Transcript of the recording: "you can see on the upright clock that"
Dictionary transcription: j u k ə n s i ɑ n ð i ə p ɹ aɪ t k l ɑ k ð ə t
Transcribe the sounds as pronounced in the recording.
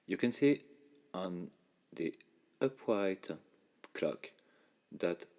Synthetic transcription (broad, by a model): j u k ə n s i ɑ n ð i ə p w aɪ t k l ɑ k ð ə t